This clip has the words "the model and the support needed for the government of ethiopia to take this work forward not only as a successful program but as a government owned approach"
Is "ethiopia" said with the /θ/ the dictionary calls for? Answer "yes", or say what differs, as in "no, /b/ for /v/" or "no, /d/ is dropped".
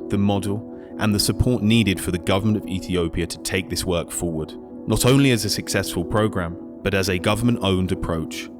yes